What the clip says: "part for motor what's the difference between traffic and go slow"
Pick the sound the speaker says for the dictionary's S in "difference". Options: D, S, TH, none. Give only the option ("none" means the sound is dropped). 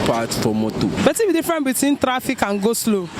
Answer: none